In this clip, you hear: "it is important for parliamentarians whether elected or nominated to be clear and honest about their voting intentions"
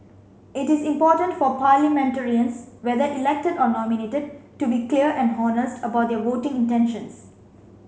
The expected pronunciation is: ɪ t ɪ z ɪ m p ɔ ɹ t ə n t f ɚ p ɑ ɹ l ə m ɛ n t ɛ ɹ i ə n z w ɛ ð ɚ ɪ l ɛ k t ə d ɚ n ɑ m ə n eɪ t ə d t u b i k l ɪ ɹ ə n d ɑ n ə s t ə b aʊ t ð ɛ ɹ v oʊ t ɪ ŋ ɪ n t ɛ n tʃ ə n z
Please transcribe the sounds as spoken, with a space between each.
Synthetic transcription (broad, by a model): ɪ t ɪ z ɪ m p ɔ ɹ t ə n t f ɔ p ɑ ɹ l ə m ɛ n t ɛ ɹ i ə n s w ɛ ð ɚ ɪ l ɛ k t ə d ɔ n ɑ m ə n eɪ t ə d t u b i k l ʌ ɹ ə n d ɑ n ə s t ə b aʊ t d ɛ v oʊ t ɪ ŋ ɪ n t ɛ n ʃ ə n s